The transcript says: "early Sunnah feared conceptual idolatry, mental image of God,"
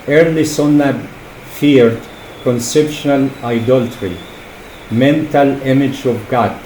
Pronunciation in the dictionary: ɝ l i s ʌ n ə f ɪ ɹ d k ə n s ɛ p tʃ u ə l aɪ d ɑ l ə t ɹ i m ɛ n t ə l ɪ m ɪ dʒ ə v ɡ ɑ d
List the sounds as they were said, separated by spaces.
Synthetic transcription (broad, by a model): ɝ l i s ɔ n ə f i ɹ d k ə n s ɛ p ʃ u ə l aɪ d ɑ l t ɹ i m ɛ n t ə l ɪ m ɪ dʒ ə v ɡ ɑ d